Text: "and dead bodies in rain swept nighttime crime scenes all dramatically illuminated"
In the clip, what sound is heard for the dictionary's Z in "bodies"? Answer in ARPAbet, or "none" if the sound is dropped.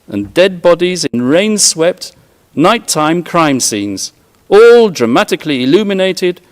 Z